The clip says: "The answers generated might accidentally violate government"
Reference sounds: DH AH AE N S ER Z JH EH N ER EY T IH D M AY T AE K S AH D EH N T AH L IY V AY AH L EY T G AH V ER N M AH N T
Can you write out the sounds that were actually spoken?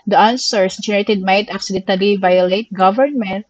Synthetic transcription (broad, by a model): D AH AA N S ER S JH EH N ER EY T IH D M AY T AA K S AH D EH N T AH L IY V AY AH L EY T G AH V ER N M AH N T